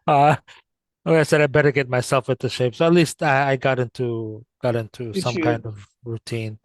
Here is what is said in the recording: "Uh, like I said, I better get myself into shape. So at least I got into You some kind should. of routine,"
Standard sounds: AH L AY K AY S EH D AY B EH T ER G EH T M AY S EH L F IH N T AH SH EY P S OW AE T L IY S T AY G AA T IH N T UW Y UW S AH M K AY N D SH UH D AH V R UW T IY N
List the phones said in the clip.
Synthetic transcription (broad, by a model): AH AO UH AY S EH D AY B EH T ER G EH T M AY S EH L F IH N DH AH SH EY P S OW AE T L IY S T AY G AA T IH N T UW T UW S AH M K AY N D D AH V R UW T IY N